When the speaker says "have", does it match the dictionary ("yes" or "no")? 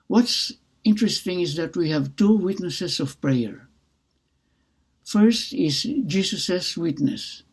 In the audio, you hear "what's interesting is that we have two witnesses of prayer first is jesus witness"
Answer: yes